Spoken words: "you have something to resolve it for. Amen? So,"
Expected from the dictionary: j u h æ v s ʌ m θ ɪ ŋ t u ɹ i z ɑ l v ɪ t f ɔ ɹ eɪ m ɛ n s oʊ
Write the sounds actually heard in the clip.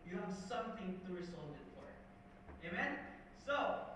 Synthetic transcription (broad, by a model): j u h æ v s ʌ m θ ɪ ŋ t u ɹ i s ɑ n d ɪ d f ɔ ɹ eɪ m ɛ n s oʊ